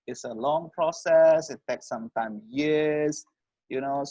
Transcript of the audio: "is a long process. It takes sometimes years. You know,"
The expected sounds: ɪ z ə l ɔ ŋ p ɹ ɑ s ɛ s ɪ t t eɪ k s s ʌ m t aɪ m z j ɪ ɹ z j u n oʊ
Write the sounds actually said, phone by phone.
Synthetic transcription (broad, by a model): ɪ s ə l ɔ ŋ p ɹ ɑ s ɛ s ɪ t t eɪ k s s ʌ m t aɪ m j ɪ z j u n oʊ